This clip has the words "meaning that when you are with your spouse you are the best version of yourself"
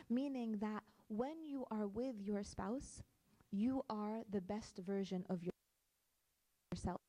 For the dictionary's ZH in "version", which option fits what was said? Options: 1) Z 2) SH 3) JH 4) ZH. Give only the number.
4